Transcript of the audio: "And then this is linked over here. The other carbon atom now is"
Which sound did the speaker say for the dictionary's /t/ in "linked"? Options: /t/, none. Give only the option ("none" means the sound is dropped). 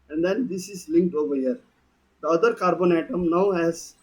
/t/